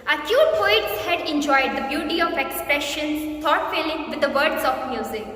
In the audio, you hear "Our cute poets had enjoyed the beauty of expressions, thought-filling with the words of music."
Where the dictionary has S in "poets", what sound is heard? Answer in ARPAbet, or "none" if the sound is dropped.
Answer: S